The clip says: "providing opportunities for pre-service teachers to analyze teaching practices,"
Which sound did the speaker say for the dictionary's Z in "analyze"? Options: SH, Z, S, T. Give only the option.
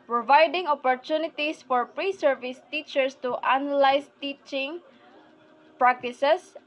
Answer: S